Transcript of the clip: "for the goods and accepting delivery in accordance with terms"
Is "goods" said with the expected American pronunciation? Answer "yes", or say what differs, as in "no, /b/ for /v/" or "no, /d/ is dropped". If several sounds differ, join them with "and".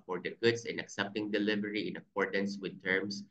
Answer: no, /s/ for /z/